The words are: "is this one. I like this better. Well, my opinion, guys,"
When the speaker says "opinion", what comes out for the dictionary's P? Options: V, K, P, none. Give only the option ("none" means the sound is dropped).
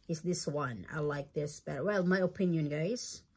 P